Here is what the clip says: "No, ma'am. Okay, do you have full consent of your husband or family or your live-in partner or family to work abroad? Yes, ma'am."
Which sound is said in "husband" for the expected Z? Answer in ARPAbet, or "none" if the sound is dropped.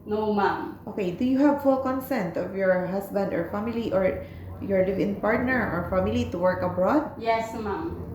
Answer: S